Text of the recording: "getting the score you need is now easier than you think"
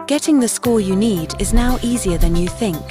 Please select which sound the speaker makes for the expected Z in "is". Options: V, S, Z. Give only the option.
Z